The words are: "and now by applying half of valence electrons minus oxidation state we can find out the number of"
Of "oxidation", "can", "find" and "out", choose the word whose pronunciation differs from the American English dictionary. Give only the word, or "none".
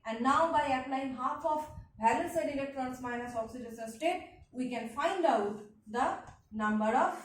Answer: oxidation